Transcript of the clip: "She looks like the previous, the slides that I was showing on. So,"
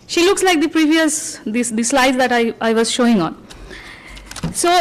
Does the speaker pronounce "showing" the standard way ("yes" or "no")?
yes